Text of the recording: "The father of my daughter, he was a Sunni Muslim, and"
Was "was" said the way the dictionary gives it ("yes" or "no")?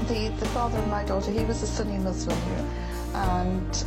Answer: yes